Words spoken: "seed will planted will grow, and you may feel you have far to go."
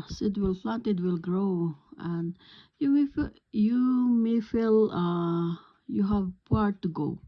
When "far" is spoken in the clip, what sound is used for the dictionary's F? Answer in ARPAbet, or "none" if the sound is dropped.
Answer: P